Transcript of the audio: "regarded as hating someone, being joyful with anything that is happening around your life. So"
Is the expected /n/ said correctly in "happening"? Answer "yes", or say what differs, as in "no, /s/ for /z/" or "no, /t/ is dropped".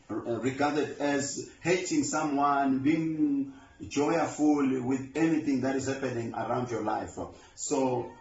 yes